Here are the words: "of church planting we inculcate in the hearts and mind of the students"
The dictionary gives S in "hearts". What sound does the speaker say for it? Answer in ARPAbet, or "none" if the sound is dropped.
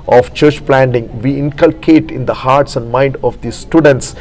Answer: S